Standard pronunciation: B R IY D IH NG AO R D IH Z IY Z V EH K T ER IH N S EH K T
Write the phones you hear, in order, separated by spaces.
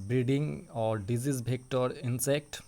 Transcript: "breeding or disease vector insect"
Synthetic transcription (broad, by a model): B R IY D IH NG AO R D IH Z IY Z B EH K T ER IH N S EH K T